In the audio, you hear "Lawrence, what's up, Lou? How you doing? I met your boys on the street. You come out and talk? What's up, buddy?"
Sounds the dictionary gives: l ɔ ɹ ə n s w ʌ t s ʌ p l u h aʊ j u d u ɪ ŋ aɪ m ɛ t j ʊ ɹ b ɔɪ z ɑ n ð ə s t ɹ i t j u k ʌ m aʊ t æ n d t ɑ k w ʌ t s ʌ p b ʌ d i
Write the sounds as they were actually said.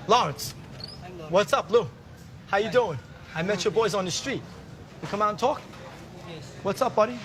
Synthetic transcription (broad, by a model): l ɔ ɹ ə n s w ʌ t s ʌ p l u h aʊ j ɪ d u ɪ ŋ aɪ m ɛ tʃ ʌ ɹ b ɔɪ z n ð ə s t ɹ i t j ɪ k ʌ m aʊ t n t ɑ k w ʌ t s ʌ p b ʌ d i